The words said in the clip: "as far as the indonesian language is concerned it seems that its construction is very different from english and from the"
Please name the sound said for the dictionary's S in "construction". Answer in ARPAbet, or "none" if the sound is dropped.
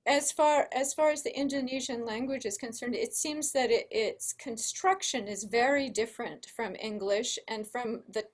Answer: S